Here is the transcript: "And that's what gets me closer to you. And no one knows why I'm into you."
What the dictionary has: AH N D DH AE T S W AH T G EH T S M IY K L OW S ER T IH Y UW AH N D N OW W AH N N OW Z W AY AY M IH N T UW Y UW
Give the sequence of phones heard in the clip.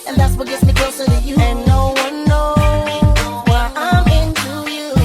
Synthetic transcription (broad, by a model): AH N DH AE T S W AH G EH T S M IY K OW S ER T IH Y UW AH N N OW W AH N N OW W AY AY M IH N T UW Y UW